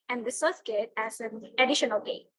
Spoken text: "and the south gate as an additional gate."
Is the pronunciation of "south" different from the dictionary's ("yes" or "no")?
yes